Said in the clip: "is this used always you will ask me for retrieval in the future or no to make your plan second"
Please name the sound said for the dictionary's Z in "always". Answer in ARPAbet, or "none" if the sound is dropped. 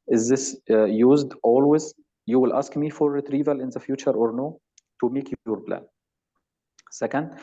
Z